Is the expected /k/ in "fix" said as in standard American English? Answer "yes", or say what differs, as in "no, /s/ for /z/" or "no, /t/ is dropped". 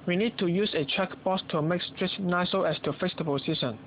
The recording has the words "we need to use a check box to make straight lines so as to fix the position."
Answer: no, /k/ is dropped